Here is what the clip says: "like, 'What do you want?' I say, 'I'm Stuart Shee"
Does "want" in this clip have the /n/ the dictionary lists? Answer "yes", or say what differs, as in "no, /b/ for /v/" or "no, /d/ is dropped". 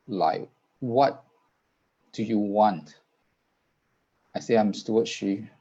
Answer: yes